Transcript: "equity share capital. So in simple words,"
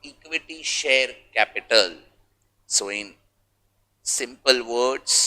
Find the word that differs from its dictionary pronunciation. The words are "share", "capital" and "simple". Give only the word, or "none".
none